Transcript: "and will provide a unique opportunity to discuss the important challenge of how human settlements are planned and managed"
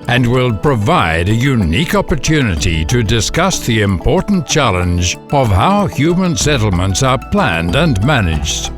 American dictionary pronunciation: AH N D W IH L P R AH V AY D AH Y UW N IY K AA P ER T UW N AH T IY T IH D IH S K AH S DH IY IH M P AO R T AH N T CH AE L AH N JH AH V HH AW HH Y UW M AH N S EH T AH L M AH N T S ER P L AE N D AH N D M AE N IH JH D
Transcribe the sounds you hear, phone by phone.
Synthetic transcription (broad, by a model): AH N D W IH L P R AH V AY D AH Y UW N IY K AA P ER T UW N AH T IY T IH D IH S K AH S DH IY IH M P AO R T N CH AE L AH N JH AH V HH AW HH Y UW M AH N S EH T L M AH N T S ER P L AE N D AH N M AE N IH JH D